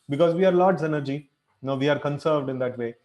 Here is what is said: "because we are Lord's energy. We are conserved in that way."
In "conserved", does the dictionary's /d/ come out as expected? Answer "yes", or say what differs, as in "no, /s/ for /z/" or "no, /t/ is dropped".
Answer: yes